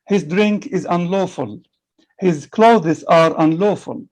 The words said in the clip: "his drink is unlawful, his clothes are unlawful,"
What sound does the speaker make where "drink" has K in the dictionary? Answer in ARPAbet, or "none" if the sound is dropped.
K